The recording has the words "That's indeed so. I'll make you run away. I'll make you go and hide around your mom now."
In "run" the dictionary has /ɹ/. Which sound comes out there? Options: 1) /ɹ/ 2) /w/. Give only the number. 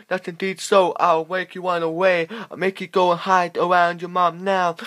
2